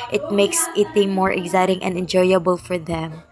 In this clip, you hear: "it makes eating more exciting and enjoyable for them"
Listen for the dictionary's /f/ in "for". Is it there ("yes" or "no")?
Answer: yes